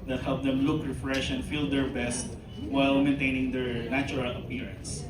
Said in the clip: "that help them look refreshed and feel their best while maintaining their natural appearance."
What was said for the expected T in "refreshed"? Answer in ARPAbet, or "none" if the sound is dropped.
none